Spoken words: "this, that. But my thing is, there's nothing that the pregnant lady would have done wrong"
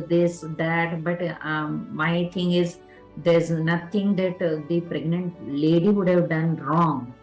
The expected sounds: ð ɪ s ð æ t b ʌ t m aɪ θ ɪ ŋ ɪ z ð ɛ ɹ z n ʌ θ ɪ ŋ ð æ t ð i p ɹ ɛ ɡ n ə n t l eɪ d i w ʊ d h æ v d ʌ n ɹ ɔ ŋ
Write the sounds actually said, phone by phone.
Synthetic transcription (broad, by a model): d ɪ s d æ t b ʌ t m aɪ t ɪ ŋ ɪ z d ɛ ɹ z n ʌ t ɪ ŋ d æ t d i p ɹ ɛ ɡ n ə n t l eɪ d i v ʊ d h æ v d ʌ n ɹ ɔ ŋ